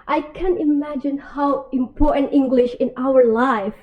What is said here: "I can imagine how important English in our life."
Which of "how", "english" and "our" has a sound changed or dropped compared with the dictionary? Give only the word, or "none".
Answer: none